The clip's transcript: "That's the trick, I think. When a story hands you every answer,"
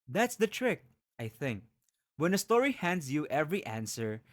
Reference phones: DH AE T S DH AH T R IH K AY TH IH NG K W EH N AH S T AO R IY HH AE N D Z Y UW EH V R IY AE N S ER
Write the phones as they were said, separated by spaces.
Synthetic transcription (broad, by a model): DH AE T S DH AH T R IH K AY TH IH NG K W EH N AH S T AO R IY HH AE N D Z Y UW EH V R IY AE N S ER